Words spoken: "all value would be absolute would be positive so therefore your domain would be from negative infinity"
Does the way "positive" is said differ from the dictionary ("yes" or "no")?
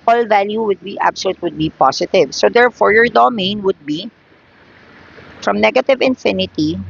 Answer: yes